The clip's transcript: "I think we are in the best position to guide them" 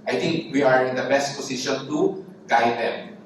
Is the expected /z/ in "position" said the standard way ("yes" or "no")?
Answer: no